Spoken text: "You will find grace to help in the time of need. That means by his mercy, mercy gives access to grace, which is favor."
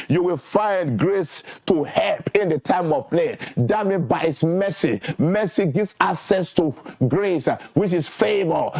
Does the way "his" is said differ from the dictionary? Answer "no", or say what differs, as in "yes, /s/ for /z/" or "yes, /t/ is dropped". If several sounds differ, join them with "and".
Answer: yes, /s/ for /z/